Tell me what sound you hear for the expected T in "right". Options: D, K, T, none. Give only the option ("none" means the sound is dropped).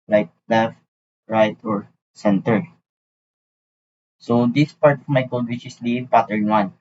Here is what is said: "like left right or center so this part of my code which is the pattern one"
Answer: T